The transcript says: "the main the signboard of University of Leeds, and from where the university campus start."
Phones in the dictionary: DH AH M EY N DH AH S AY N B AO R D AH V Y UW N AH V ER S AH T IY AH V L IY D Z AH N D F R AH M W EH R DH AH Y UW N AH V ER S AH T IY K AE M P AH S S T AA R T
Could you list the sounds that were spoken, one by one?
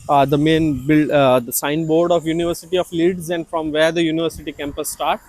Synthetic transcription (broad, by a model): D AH M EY N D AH S AY N B AO R D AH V Y UW N AH V ER S AH T IY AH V L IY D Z AH N D F R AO M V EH R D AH Y UW N AH V ER S AH T IY K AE M P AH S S T AA R T